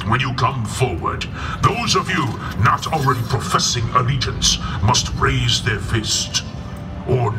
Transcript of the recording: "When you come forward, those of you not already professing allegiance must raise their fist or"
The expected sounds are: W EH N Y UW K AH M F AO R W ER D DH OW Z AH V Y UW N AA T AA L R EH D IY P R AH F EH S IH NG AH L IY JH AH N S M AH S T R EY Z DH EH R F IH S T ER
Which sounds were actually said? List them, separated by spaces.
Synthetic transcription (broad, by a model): W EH N Y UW K AH M F AO R W ER D DH OW Z AH V Y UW N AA T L R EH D IY P R AH F EH S IH NG AH L IY JH AH N S M AH S T R EY Z DH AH R F IH S T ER